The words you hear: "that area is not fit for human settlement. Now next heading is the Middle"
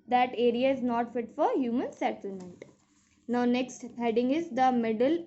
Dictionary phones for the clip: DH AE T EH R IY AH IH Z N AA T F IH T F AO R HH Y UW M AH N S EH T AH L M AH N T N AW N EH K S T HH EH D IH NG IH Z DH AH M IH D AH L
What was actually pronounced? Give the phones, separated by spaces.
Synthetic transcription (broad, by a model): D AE T EH R IY AH IH Z N AA T F IH T F AO R HH Y UW M AH N S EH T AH M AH N T N AW N EH K S T HH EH D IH NG IH Z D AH M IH D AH L